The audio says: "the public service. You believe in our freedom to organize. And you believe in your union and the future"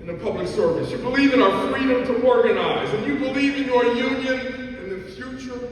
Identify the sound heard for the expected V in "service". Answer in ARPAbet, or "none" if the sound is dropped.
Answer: V